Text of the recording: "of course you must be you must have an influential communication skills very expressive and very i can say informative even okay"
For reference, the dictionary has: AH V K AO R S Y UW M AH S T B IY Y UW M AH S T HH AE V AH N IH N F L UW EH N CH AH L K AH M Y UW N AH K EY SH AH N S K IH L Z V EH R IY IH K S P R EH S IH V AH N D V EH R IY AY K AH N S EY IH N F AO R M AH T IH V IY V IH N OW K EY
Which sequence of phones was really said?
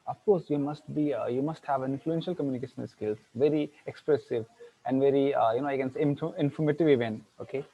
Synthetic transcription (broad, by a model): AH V K AO R S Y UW M AH S T B IY Y UW M AH S T HH AE V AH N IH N F L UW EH N SH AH L K AH M Y UW N AH K EY SH AH N S K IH L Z V EH R IY IH K S P R EH S IH V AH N D V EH R IY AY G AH N S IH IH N F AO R M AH T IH V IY V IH N OW K EY